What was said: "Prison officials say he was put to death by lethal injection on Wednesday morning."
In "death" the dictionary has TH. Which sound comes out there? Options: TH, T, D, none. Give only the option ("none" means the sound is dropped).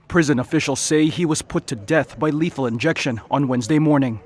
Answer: TH